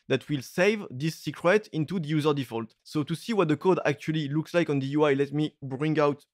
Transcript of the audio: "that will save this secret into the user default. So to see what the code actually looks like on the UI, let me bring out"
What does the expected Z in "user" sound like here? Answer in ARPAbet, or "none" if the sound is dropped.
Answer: Z